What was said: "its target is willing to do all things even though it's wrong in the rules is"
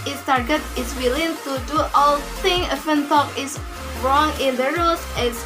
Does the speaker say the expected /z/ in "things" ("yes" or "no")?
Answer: no